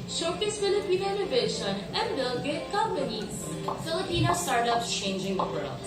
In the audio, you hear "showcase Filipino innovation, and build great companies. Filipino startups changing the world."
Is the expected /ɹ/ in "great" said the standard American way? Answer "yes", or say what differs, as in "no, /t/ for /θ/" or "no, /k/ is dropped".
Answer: no, /ɹ/ is dropped